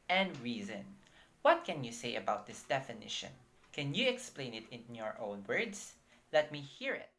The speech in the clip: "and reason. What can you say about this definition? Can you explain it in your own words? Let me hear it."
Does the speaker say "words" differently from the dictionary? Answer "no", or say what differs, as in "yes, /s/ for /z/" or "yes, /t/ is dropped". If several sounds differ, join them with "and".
yes, /s/ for /z/